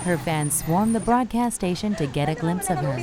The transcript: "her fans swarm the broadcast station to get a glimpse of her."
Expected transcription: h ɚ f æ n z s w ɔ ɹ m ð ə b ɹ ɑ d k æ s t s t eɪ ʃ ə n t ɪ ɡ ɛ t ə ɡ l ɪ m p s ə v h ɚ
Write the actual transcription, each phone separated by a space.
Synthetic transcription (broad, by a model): h ɚ f æ n z s w ɔ ɹ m ð ə b ɹ ɑ d k æ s s t eɪ ʃ ə n t ɪ ɡ ɛ t ə ɡ l ɪ m p s ə v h ɚ